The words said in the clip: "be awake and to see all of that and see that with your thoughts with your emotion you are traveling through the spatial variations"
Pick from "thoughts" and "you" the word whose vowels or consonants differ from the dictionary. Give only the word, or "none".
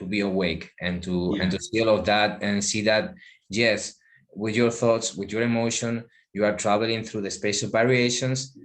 none